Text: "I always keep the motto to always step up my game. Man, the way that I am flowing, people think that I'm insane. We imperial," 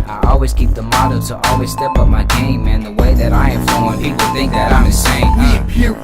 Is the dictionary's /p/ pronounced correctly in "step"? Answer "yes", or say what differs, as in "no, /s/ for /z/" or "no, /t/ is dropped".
yes